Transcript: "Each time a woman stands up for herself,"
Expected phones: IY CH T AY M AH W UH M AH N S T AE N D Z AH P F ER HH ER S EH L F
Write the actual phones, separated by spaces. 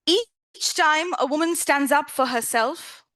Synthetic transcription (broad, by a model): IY CH T AY M AH W UH M AH N S T AE N D Z AH P F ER HH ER S EH L F